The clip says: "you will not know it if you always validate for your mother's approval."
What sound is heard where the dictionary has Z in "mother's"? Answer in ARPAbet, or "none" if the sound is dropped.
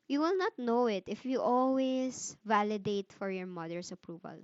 S